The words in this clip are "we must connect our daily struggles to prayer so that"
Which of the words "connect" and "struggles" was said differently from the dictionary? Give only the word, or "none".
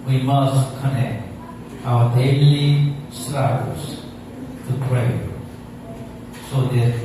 struggles